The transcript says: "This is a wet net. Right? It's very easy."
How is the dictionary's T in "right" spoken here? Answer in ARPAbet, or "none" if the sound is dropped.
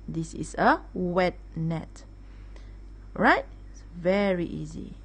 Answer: none